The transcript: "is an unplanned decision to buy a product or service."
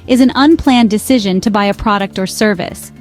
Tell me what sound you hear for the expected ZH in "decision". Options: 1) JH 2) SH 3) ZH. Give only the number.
3